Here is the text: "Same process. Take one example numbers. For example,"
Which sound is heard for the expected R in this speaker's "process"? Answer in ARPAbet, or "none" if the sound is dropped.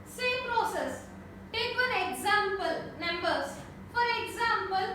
R